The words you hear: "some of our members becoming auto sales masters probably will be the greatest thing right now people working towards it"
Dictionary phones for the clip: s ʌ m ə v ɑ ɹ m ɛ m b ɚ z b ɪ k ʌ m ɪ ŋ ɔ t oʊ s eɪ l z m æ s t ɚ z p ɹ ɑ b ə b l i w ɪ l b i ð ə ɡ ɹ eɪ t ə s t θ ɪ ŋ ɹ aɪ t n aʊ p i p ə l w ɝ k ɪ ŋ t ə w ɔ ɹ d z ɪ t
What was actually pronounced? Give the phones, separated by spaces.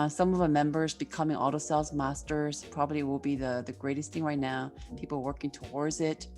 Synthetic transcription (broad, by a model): s ʌ m ə v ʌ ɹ m ɛ m b ɚ z b ɪ k ʌ m ɪ ŋ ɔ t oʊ s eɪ l z m æ s t ɚ z p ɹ ɑ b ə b l i w ɪ l b i ð ə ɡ ɹ eɪ t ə s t θ ɪ ŋ ɹ aɪ t n aʊ p i p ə w ɝ k ɪ ŋ t ə w ɔ ɹ d z ɪ t